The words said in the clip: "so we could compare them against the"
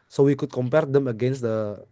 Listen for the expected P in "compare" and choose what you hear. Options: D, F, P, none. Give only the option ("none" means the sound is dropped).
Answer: P